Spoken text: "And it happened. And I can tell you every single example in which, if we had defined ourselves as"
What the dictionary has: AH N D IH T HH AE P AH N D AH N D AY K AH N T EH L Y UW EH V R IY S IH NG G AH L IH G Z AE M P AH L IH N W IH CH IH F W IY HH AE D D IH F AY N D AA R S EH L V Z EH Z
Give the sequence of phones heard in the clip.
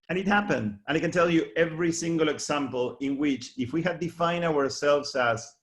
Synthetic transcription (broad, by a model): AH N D IH T HH AE P AH N D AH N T K N T EH L Y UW EH V R IY S IH NG G AH L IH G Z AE M P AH L IH N W IH CH IH F W IY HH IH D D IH F AY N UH AA R S EH L V Z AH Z